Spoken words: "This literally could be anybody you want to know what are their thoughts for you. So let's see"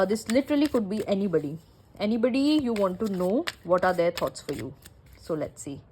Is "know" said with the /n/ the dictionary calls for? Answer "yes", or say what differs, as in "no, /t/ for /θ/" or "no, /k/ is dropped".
yes